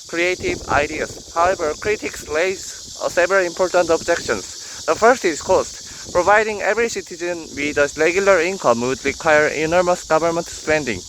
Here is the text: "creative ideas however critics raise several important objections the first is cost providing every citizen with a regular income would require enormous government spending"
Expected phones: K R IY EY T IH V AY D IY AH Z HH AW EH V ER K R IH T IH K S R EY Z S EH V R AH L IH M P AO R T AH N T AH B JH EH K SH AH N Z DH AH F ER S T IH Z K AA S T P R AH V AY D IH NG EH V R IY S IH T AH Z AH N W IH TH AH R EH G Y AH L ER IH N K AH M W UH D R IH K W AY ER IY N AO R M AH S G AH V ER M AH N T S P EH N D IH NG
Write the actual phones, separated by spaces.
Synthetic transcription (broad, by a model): K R IY EY T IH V AY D IY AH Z HH AW EH V ER K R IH T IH K S L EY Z S EH V R AH L IH M P AO R T AH N T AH B JH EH K SH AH N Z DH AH F ER S T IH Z K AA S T P R AH V AY D IH NG EH V R IY S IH T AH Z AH N W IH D AH R EH G Y AH L ER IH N K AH M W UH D R IH K W AY ER IY N AO R M AH S G AH V ER M AH N T S P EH N D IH NG